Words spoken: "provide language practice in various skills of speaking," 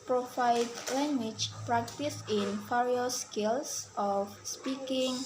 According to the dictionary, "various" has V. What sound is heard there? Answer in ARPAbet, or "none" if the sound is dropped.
F